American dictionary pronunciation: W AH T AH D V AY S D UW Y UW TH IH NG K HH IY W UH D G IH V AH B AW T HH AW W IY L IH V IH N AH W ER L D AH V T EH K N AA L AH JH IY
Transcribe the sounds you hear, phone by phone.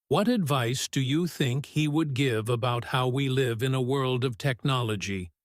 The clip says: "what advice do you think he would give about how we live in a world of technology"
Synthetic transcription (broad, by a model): W AH T AH D V AY S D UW Y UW TH IH NG K HH IY W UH D G IH V AH B AW T HH AW W IY L IH V IH N AH W ER L D AH V T EH K N AA L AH JH IY